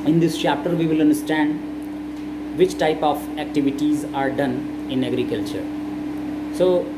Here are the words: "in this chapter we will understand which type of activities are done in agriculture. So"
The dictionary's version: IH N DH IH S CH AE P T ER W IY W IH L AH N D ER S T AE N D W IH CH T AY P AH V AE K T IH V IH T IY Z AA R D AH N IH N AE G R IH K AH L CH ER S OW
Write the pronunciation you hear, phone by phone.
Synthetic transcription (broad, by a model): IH N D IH S CH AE P T ER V IY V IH L AH N D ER S T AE N D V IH CH T AY P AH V AE K T IH V IH T IY Z AA R D AH N IH N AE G R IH K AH L CH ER S OW